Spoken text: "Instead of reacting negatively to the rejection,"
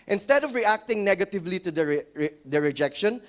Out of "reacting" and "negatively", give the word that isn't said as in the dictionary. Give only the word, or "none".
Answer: none